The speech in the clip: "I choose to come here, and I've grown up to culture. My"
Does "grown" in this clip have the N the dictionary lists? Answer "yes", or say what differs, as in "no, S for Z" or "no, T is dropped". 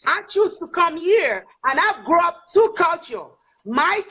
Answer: no, N is dropped